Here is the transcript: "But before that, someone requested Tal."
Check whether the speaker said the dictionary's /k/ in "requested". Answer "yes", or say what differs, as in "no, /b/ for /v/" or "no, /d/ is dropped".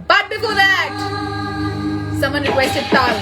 no, /k/ is dropped